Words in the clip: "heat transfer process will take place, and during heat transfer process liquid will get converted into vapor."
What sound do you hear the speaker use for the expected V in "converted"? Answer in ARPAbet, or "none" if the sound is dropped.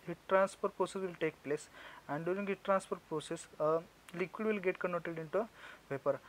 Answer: none